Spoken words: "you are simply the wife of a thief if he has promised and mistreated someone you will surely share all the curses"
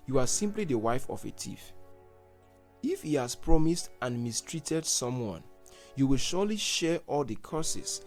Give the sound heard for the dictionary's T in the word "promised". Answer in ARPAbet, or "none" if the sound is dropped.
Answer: T